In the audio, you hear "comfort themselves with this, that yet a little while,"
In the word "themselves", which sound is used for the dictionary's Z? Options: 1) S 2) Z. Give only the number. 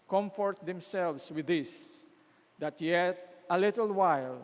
1